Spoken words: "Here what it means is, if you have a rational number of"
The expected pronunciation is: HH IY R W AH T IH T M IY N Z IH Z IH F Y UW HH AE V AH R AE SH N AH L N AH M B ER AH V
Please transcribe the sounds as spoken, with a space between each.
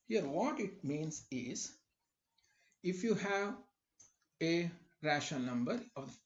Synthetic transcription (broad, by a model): HH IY R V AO T IH T M IY N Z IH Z IH F Y UW HH AE V AH R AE SH AH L N AH M B ER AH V